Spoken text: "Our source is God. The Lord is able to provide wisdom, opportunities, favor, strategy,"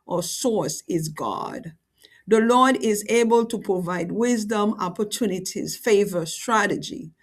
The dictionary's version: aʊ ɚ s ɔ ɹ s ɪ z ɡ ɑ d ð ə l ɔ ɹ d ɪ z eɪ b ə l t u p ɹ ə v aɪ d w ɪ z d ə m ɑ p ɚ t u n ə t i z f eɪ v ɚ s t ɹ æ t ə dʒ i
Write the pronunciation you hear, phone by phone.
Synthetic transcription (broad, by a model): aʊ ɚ s ɔ ɹ s ɪ z ɡ ɑ d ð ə l ɔ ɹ d ɪ z eɪ b ə l t u p ɹ ə v aɪ d w ɪ z d ə m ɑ p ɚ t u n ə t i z f eɪ v ɚ s t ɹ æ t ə dʒ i